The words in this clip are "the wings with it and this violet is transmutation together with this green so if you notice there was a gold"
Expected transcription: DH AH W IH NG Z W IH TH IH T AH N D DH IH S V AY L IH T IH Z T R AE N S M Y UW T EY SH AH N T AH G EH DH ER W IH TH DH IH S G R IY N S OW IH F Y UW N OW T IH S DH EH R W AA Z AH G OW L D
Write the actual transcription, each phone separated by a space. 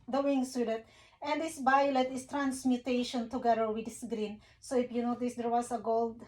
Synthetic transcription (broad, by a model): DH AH W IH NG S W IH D IH T AH N D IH S B AY L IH T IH S T R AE N S M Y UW T EY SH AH N T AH G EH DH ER W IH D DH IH S G R IY N S OW IH F Y UW N OW T IH S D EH R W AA S AH G OW L D